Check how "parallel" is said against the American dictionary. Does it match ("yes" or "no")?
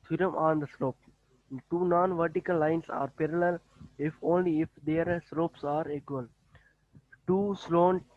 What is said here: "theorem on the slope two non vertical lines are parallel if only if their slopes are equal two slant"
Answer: yes